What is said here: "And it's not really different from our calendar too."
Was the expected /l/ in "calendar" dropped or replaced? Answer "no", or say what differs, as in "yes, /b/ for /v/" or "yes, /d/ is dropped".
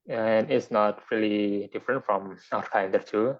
yes, /l/ is dropped